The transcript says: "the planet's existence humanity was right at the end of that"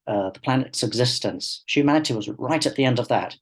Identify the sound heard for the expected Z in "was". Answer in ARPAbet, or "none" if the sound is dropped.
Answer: Z